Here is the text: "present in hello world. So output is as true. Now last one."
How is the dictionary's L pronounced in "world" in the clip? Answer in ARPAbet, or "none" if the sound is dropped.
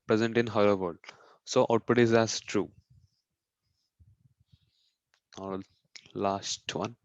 none